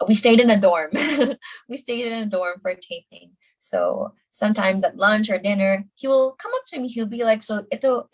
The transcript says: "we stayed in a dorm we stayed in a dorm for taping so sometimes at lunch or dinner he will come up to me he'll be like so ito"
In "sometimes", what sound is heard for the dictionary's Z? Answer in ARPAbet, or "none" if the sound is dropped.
Z